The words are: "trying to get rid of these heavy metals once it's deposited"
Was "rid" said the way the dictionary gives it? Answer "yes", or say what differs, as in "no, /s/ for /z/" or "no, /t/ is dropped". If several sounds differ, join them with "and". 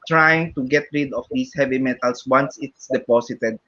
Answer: yes